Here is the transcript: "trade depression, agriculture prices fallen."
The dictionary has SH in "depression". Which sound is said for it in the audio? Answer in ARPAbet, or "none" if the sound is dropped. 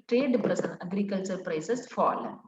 S